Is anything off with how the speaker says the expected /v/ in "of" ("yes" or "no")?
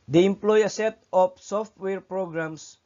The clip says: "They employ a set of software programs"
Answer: yes